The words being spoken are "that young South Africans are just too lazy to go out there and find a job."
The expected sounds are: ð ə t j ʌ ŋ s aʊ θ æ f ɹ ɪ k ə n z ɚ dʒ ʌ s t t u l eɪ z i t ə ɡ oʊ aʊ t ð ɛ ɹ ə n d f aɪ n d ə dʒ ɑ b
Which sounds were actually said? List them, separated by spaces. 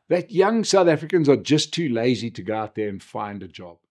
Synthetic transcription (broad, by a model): ð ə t j ʌ ŋ s aʊ θ æ f ɹ ɪ k ə n z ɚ dʒ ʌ s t t u l eɪ z i t ə ɡ oʊ aʊ t ð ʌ ɹ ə n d f aɪ n d ə dʒ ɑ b